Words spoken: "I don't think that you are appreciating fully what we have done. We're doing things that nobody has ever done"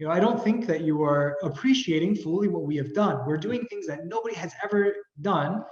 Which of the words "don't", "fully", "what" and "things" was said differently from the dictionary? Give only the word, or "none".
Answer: none